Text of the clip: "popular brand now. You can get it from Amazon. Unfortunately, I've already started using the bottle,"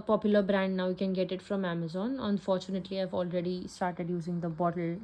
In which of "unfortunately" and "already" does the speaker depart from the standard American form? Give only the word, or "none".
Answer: none